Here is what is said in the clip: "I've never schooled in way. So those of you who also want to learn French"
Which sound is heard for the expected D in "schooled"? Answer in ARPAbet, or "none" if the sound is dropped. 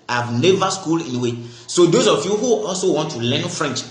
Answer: none